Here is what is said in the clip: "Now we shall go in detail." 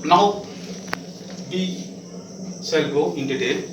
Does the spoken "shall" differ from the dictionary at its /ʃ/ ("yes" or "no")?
yes